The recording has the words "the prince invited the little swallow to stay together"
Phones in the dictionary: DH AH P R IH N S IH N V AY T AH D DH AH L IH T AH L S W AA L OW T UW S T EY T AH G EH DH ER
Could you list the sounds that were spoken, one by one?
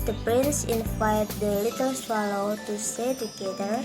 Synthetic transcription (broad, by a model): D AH P R IH N S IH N F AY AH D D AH L IH T AH L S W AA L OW T UW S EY T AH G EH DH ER